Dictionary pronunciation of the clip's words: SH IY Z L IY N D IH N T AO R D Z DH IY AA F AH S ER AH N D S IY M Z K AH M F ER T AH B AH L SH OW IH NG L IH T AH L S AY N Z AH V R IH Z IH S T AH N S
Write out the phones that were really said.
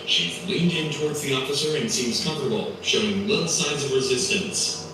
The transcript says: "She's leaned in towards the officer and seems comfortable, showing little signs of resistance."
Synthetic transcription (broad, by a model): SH IY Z L IY N D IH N T AO R D Z DH IY AA F AH S ER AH N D S IY M Z K AH M F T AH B L SH OW IH NG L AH N S AY N Z AH V R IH Z IH S T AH N S